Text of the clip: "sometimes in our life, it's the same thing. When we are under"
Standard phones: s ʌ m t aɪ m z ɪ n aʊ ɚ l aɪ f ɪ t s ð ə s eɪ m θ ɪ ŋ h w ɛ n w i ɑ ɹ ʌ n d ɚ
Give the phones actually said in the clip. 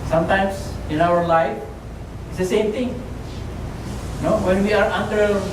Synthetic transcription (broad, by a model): s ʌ m t aɪ m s ɪ n aʊ ɚ l aɪ f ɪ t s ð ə s eɪ m t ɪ ŋ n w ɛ n w i ɑ ɹ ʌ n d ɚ